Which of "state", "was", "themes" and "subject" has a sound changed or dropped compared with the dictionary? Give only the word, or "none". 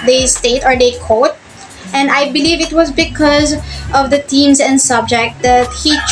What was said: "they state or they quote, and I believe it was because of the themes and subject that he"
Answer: themes